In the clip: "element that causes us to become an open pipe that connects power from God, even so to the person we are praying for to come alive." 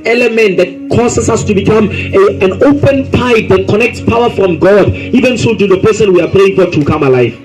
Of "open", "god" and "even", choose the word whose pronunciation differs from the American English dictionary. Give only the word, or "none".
none